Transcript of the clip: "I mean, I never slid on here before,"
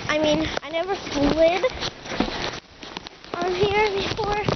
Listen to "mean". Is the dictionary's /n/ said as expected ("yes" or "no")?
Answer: yes